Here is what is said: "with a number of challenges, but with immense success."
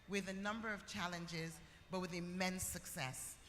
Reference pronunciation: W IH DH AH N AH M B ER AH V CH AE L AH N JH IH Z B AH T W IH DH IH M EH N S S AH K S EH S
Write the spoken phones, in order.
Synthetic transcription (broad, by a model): W IH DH AH N AH M B ER AH V CH AE L AH N JH IH Z B AH T W IH DH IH M EH N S S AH K S EH S